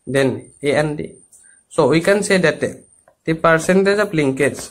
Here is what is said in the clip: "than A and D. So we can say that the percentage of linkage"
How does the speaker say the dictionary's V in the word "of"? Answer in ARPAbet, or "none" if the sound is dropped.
P